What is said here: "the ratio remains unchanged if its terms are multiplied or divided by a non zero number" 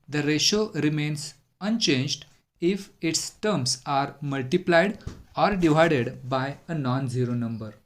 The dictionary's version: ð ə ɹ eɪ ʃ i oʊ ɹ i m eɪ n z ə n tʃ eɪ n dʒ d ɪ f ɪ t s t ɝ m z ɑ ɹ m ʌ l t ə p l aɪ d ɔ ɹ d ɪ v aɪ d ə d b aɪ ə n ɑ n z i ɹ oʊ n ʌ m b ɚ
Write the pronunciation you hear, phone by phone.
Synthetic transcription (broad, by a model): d ə ɹ eɪ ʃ oʊ ɹ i m eɪ n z ə n tʃ eɪ n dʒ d ɪ f ɪ t s t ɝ m s ɑ ɹ m ʌ l t ə p l aɪ d ɔ ɹ d ɪ v aɪ d ə d b aɪ ə n ɑ n z i ɹ oʊ n ʌ m b ɚ